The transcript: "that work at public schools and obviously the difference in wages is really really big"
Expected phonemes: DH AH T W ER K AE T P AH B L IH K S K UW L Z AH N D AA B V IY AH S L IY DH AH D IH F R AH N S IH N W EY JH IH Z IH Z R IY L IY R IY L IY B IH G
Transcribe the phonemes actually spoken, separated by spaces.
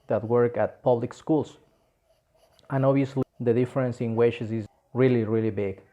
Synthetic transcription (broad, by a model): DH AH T W ER K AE T P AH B L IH K S K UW L S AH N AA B IY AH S L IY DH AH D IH F R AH N S IH N W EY CH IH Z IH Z R IY L IY R IY L IY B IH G